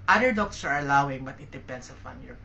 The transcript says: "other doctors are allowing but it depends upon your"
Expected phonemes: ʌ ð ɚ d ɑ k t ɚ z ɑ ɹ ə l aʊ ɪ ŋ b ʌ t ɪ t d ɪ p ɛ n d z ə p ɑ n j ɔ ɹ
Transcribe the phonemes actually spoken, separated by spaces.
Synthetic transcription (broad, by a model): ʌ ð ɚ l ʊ k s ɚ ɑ ɹ ə l aʊ ɪ ŋ b ʌ t ɪ t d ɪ p ɛ n d s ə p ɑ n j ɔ ɹ